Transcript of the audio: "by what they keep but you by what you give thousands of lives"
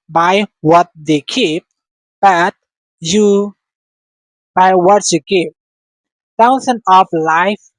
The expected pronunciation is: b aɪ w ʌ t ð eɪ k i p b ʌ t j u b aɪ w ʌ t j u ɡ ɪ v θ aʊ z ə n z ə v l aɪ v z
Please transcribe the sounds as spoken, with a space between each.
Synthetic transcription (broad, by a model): b aɪ w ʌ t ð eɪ k i p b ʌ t j u b aɪ w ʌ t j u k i p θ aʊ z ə n ə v l aɪ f